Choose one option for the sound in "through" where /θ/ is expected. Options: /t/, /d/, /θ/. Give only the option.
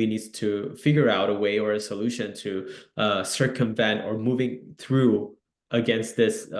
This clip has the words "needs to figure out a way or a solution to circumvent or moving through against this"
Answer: /θ/